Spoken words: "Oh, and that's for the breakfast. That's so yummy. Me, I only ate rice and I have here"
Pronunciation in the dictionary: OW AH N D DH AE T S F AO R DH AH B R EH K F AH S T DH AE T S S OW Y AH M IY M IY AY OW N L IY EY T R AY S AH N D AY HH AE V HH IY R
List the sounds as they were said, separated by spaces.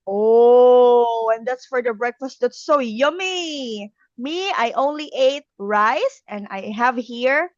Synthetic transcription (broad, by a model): OW AH N D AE T S F AO R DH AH B R EH K F AH S T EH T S S OW Y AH M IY M IY AY OW N L IY EY T R AY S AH N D AY HH AE V HH IY R